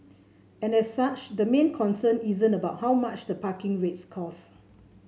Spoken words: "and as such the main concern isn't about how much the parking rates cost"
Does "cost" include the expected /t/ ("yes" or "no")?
no